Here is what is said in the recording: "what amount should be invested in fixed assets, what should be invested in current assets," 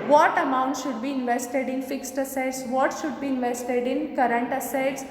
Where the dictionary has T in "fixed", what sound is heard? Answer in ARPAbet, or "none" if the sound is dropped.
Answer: T